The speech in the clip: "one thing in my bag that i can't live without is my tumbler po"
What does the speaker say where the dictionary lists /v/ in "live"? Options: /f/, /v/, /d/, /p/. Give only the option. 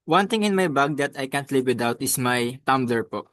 /p/